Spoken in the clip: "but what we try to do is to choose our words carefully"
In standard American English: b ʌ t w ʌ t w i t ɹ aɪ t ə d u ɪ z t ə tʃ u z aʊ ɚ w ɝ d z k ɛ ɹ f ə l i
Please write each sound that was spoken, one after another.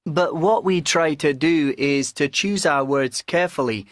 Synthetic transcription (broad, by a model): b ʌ t w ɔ t w i t ɹ aɪ t ə d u ɪ z t ə tʃ u z aʊ ɚ w ɝ d z k ɛ ɹ f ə l i